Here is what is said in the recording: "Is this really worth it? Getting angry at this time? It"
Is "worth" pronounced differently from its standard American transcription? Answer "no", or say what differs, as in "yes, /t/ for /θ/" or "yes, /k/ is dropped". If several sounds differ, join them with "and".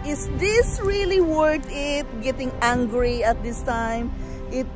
yes, /t/ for /θ/